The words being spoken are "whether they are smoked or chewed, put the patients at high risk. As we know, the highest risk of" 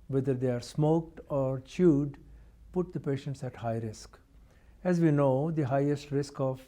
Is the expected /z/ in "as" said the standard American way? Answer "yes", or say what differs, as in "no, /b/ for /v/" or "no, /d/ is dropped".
yes